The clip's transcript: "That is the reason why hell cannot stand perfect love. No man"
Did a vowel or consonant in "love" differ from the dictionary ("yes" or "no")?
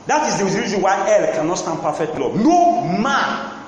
yes